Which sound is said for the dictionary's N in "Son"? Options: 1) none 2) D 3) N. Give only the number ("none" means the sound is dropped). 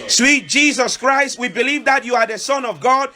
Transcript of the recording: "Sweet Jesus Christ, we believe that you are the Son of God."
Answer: 3